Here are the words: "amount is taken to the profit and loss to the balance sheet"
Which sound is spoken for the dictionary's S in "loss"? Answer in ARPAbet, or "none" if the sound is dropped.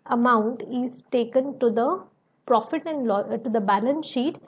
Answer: none